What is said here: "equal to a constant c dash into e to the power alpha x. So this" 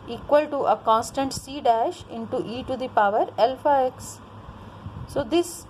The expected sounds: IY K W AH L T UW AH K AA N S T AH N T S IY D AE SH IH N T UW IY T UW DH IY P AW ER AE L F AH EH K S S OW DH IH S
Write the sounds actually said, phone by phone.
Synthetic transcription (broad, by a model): IY K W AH L T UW AH K AA N S T AH N T S IY D AE SH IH N T UW IY T UW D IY P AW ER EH L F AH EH K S S OW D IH S